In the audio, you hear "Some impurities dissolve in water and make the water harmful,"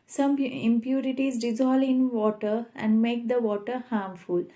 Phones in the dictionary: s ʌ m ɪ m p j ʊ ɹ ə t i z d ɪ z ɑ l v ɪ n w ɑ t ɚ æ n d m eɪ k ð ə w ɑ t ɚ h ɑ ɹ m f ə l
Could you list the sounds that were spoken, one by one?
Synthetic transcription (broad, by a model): s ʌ m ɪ m p j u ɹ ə t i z d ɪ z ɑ l ɪ n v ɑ t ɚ æ n d m eɪ k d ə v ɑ t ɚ h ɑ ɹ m f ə l